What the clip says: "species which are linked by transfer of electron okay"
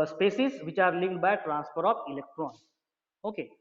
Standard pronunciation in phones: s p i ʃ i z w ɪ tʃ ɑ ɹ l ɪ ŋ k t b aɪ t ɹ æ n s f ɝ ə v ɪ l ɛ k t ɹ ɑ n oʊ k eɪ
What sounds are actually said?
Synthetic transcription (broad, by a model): s p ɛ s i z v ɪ tʃ ɑ ɹ l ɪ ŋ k b aɪ t ɹ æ n s p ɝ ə p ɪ l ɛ k t ɹ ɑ n oʊ k eɪ